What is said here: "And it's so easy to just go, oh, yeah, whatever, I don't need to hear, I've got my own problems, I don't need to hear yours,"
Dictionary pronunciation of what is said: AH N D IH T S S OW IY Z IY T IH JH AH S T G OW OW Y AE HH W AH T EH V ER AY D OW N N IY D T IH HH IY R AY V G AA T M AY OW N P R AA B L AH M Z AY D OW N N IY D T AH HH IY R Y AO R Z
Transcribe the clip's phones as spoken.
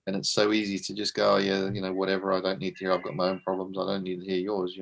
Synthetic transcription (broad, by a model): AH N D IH T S S OW IY Z IY T IH JH AH S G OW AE Y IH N W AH T EH V ER AY D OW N N IY D T IH HH IY R AY V G AA T M AY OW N P R AA B L AH M Z AY D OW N N IY D T AH HH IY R Y AO R Z